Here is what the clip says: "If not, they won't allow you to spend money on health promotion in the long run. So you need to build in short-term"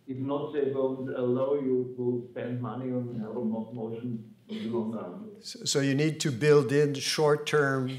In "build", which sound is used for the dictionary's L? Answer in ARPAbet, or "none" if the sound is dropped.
L